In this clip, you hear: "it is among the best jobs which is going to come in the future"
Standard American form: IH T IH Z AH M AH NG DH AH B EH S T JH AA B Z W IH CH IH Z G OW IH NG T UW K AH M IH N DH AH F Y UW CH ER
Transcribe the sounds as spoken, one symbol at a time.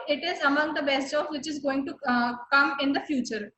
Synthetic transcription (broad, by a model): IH T IH Z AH M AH NG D AH B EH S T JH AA Z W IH CH IH Z G OW IH NG T UW K AH M IH N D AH F Y UW CH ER